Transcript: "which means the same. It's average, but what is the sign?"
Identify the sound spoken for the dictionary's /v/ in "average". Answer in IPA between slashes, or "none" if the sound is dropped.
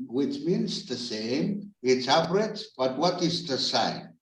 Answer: /p/